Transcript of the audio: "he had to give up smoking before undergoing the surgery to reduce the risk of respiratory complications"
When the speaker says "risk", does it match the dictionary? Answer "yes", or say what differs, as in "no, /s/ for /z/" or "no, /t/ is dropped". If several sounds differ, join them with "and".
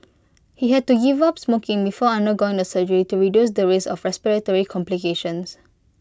no, /k/ is dropped